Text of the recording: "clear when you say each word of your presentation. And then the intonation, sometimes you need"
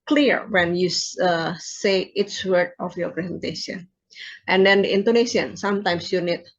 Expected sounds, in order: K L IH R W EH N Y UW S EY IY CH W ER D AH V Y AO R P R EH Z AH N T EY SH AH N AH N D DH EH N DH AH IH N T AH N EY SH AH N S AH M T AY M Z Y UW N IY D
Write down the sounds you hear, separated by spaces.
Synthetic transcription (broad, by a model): K L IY R W EH N Y UW S EY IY S W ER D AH F Y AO P R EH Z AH N T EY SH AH N AH N D EH N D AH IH N T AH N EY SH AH N S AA M T AY M S Y UW N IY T